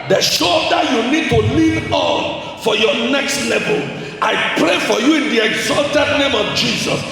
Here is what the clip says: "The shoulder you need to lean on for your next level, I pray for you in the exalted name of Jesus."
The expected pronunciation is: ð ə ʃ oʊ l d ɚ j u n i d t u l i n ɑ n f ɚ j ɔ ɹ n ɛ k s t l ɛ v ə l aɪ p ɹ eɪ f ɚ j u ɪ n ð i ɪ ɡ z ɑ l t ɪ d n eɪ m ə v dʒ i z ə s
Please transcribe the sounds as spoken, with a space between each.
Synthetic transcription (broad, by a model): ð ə ʃ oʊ d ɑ j u n i d t u l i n ɑ n f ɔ j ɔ n ɛ k s t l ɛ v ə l aɪ p ɹ eɪ f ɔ j u ɪ n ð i ɪ ɡ z ɑ l t ɪ d n eɪ m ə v dʒ i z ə s